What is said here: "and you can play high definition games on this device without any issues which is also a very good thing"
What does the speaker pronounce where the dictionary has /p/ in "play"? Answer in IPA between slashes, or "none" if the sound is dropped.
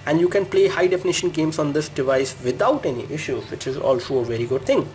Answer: /p/